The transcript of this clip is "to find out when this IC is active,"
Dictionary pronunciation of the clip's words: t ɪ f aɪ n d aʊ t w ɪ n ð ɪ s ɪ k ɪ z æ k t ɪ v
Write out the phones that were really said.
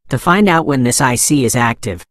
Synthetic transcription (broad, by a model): t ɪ f aɪ n d aʊ t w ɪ n ð ɪ s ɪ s ɪ z æ k t ɪ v